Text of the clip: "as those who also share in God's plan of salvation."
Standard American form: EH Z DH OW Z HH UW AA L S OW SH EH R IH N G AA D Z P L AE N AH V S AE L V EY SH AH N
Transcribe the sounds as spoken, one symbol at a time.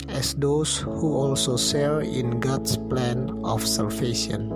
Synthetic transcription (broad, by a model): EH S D OW S HH UW AA L S OW S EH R IH N G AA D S P L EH N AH F S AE L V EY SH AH N